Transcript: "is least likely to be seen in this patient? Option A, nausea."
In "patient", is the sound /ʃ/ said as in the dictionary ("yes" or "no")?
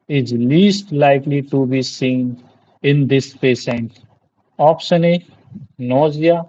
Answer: no